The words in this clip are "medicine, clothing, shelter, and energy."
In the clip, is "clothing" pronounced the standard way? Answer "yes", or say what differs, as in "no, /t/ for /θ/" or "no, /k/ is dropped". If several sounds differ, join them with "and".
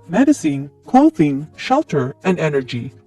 no, /w/ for /l/